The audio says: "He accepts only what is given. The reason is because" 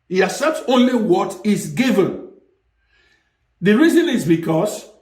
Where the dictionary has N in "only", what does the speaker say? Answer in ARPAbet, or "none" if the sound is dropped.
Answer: N